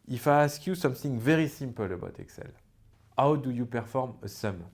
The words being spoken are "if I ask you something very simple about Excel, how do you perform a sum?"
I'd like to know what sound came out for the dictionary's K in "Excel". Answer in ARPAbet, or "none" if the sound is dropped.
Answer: K